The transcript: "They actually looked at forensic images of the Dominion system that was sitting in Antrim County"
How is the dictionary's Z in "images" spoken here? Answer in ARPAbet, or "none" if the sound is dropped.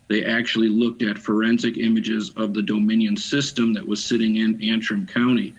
Z